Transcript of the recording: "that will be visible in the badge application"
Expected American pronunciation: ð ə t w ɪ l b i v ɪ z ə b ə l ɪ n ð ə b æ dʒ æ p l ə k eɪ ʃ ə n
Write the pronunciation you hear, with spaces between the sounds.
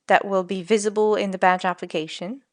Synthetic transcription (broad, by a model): ð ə t w ɪ l b i v ɪ z ə b ə l ɪ n ð ə b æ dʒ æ p l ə k eɪ ʃ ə n